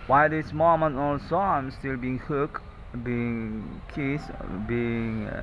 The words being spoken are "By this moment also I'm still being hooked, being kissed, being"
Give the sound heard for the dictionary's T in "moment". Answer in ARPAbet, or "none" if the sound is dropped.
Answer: none